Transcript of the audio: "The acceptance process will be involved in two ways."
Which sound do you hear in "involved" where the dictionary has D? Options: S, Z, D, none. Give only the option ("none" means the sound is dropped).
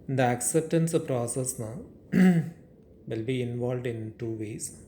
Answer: D